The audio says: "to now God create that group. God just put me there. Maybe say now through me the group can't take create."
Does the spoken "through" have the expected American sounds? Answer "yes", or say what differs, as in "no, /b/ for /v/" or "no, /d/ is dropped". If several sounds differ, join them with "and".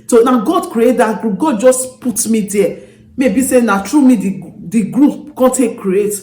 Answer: no, /t/ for /θ/